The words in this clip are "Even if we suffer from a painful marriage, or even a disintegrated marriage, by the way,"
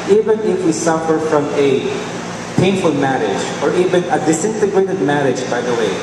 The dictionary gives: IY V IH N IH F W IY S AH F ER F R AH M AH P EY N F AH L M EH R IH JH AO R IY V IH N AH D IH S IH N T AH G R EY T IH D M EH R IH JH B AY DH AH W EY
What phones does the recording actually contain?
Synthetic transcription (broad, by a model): IY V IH N IH F W IY S AH F ER F R AH M AH P EY N F AH L M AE R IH JH AO R IY V IH N AH D IH S IH N T AH G R EY T IH D M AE R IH JH B AY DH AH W EY